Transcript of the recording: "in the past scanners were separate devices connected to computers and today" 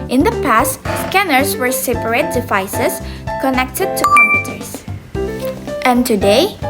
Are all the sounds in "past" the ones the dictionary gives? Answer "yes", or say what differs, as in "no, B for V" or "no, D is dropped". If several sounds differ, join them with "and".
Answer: yes